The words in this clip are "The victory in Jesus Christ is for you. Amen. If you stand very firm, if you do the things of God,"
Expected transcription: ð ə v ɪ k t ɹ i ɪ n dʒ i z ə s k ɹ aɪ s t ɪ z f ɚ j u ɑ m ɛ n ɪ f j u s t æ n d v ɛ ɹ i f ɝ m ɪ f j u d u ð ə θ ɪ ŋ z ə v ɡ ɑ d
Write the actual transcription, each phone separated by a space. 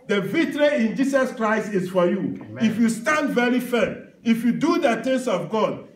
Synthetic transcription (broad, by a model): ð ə v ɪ t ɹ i ɪ n dʒ i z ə s k ɹ aɪ s t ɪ s f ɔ j u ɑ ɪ f j u s t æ n d v ɛ ɹ i f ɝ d ɪ f j u d u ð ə t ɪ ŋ s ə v ɡ ɑ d